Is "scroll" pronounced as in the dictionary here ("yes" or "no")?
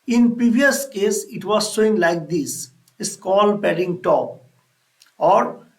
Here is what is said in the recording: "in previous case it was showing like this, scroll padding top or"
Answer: no